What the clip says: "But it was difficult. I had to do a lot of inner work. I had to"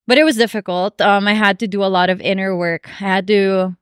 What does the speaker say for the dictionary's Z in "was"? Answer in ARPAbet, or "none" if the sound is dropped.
Z